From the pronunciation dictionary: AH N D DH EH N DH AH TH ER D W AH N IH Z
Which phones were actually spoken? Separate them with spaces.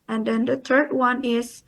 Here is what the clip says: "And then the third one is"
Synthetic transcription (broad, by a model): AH N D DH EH N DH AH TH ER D W AH N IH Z